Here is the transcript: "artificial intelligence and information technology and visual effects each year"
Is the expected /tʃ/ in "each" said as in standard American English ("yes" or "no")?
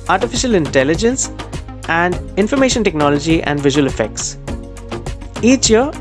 yes